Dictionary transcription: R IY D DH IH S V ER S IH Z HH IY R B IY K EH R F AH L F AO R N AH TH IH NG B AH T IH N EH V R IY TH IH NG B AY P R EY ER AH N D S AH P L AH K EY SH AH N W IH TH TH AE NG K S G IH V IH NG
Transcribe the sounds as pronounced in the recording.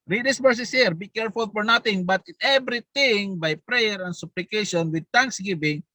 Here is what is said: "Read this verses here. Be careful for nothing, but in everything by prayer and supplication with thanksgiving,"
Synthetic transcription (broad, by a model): R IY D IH S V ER S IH S HH IY R B IY K EH R F AH L F AO R N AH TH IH NG B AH T IH N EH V R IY T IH NG B AY P R EY ER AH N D S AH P L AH K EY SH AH N W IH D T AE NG K S G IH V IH NG